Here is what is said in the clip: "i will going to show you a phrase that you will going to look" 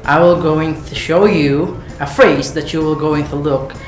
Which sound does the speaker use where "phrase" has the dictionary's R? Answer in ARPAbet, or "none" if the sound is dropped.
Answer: R